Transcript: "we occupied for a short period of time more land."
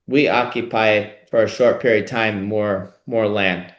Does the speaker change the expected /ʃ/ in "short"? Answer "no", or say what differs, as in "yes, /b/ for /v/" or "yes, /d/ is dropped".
no